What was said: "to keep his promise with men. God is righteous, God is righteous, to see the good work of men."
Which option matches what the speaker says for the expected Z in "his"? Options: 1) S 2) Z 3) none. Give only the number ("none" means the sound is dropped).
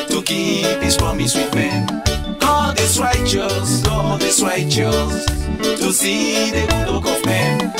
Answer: 1